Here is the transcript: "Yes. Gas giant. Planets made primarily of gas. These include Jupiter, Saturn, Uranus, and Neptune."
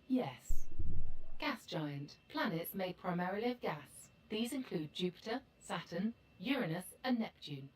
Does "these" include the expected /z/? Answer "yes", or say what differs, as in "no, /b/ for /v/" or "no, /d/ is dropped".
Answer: yes